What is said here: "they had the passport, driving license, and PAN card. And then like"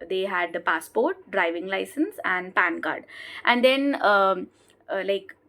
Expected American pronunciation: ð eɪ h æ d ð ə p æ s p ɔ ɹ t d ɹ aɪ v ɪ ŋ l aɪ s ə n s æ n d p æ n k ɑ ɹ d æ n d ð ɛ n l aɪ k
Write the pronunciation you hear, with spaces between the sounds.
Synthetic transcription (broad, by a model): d eɪ h æ d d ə p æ s p ɔ ɹ t d ɹ aɪ v ɪ ŋ l aɪ s ə n s æ n d p æ n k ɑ ɹ d æ n d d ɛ n l aɪ k